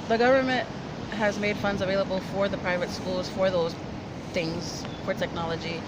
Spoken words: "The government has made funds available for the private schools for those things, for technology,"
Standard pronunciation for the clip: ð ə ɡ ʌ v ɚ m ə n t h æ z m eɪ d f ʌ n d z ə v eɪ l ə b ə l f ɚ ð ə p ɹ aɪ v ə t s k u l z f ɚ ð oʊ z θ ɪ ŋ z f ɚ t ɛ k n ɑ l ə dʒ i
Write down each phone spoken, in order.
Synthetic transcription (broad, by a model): ð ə ɡ ʌ v ɚ m ə n t h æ z m eɪ d f ʌ n d z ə v eɪ l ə b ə l f ɚ ð ə p ɹ aɪ v ə t s k u l z f ɚ ð oʊ z θ ɪ ŋ z f ɚ t ɛ k n ɑ l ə dʒ i